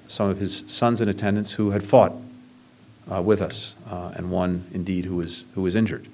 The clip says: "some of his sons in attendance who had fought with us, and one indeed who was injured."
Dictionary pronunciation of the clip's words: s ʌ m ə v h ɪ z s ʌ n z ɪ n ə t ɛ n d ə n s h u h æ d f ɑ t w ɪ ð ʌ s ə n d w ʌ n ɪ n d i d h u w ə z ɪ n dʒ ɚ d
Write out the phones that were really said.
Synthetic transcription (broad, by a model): s ʌ m ə v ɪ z s ʌ n z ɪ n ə t ɛ n d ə n s h u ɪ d f ɑ t w ɪ ð ʌ s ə n w ʌ n ɪ n d i d h u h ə z ɪ n dʒ ɚ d